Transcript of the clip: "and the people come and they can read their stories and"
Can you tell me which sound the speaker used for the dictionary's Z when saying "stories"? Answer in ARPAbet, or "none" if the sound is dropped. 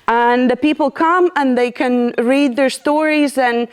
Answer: Z